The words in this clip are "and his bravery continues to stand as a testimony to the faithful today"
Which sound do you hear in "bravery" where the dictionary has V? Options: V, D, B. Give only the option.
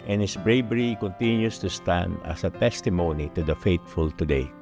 B